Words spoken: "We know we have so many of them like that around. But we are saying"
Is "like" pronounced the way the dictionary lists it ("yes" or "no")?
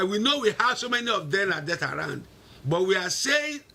no